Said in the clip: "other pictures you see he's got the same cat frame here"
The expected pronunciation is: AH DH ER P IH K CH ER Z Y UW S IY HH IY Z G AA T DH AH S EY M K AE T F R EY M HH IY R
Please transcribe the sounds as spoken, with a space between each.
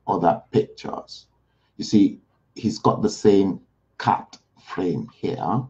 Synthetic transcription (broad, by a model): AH DH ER P IH K CH ER Z Y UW S IY HH IY Z G AA T DH AH S EY M K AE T F R EY M HH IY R